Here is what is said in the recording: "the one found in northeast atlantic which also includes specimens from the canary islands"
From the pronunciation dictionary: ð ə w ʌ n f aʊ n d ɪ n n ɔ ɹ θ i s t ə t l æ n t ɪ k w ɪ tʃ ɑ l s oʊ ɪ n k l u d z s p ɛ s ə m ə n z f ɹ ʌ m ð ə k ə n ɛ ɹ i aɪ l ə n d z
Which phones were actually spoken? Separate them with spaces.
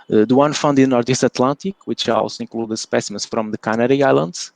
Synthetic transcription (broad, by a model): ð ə w ʌ n f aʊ n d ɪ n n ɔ ɹ t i s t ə t l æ n t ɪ k w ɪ tʃ ɑ l s oʊ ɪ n k l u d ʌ s p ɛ s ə m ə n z f ɹ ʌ m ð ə k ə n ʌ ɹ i aɪ l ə n d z